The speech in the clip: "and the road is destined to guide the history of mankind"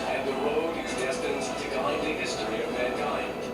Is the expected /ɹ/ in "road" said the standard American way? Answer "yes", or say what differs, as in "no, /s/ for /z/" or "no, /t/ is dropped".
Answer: no, /w/ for /ɹ/